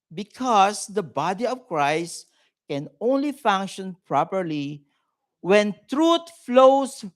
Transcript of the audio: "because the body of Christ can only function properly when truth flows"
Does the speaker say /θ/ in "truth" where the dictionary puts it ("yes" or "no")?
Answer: no